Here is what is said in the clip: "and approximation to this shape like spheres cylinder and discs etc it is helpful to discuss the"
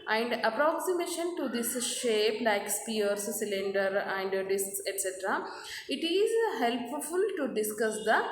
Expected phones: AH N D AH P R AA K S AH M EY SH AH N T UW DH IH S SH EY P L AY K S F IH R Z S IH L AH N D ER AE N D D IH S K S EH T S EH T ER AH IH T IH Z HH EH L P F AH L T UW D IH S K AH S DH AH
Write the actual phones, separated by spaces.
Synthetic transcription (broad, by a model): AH N D AH P R AA K S AH M EY SH AH N T UW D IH S SH EY P L AY K S P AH R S S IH L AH N D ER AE N D D IH S K S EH T S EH T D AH IH T IH Z HH EH L P F AH L T UW D IH S K AH S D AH